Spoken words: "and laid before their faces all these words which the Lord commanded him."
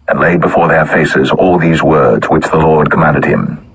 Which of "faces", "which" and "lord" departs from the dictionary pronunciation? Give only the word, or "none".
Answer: none